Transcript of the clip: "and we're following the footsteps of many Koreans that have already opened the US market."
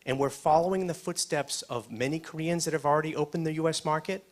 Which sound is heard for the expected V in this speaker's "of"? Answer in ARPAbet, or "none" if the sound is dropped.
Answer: V